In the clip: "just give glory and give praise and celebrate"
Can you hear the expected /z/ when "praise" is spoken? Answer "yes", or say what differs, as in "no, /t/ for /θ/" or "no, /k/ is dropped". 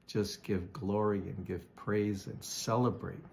yes